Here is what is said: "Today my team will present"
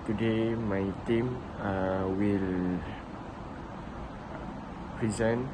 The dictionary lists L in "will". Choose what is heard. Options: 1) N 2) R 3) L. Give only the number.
3